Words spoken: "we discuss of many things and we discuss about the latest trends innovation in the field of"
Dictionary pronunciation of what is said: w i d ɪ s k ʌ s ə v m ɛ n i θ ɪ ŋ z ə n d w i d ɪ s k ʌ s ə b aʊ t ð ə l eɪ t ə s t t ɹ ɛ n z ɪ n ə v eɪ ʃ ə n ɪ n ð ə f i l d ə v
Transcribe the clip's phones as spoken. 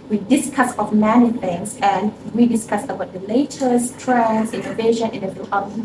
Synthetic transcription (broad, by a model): w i d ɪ s k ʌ s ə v m ɛ n i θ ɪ ŋ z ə n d w i d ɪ s k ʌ s ə b aʊ t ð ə l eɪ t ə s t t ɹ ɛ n ɪ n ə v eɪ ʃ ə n ɪ n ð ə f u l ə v